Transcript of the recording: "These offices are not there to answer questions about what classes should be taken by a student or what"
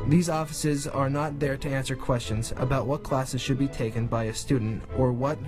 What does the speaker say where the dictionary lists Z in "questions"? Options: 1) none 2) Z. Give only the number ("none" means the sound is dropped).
2